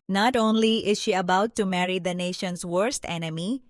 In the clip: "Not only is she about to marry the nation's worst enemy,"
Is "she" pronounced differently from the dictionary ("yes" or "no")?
no